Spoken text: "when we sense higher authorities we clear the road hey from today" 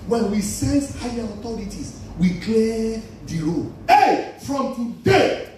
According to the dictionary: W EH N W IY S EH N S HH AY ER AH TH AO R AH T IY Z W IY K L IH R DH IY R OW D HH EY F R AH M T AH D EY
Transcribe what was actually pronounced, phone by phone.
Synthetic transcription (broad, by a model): W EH N W IY S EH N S HH AY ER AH T AO R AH T IY S W IY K L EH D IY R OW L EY F R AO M T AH D EY